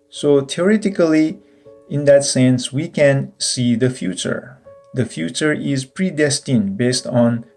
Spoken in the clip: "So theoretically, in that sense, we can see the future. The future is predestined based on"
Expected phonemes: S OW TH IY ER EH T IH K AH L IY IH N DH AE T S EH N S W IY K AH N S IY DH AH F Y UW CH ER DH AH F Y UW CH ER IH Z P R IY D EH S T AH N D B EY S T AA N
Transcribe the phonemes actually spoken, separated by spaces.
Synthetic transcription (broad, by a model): S OW T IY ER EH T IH K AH L IY IH N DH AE T S EH N S W IY K AH N S IY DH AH F Y UW CH ER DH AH F Y UW CH ER IH Z P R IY D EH S T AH N B EY S T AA N